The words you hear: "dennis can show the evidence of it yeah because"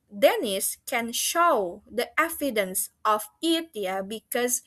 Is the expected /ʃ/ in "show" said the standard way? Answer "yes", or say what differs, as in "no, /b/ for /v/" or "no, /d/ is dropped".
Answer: yes